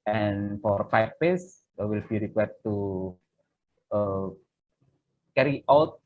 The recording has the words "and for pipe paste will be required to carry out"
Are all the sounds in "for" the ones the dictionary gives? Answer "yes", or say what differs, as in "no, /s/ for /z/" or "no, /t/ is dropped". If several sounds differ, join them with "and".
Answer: yes